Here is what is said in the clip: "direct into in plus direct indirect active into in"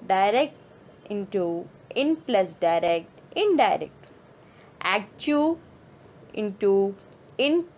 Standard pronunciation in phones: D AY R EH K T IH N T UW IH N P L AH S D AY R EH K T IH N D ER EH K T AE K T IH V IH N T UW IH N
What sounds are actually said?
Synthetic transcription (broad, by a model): D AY R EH K T IH N T UW IH N P L AH S D AY R EH K T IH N D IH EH K T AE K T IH IH N T UW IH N